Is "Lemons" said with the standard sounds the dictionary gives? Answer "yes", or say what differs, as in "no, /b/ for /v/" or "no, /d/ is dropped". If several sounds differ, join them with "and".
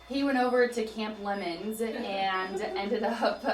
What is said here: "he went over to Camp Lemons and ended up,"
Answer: yes